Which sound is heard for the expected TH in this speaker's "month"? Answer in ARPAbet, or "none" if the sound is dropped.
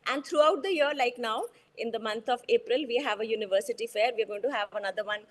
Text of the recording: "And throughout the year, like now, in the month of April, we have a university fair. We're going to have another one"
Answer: T